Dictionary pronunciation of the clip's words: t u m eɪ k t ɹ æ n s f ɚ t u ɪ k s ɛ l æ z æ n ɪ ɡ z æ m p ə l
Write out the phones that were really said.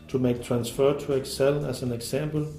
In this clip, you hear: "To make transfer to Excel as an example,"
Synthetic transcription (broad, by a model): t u m eɪ k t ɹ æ n s f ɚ t u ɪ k s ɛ l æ s æ n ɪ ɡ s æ m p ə l